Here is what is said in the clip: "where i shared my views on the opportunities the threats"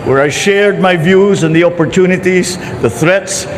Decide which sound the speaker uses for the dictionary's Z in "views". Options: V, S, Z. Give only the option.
Z